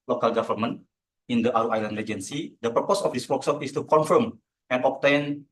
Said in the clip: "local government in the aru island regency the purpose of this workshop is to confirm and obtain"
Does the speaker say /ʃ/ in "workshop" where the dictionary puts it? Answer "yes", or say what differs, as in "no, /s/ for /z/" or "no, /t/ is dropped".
no, /s/ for /ʃ/